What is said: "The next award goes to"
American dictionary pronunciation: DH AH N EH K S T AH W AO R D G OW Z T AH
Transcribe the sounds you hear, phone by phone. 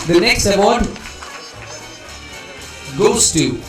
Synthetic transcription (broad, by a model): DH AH N EH K S T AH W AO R D G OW S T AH